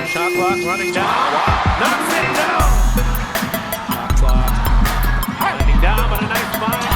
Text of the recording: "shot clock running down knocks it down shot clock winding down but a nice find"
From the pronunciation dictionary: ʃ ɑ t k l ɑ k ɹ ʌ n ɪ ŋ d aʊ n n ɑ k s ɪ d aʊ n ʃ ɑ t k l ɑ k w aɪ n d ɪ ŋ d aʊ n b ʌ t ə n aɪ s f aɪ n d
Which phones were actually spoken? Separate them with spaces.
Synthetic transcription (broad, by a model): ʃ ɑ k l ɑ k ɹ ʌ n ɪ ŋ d aʊ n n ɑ s ɪ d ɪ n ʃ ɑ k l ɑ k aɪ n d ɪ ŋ d aʊ n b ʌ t ə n aɪ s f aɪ